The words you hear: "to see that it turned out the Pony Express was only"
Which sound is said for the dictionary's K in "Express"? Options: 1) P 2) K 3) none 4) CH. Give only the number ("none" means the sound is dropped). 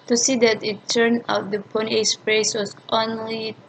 3